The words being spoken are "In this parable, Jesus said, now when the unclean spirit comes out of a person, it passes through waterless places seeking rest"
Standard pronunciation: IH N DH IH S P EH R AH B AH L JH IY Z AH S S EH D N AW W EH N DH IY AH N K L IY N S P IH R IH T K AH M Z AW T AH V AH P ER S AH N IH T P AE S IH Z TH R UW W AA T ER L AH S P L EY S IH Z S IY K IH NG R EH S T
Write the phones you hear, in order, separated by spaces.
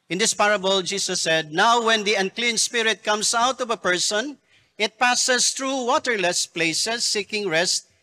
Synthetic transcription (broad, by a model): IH N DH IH S P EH R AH B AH L JH IY S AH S S EH D N AW W EH N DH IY AH N K L IY N S P IH R IH T K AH M S AW T AH V AH P ER S AH N IH T P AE S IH S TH R UW W AA T ER L AH S P L EY S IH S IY K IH NG R EH S T